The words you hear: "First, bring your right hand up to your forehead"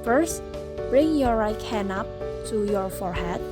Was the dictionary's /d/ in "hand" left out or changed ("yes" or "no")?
yes